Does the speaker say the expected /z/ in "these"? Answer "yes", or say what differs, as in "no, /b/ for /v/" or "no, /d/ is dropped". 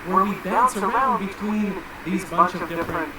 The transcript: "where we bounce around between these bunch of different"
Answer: yes